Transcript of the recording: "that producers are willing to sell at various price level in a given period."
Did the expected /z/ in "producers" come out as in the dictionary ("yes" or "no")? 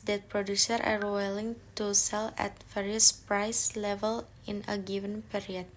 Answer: no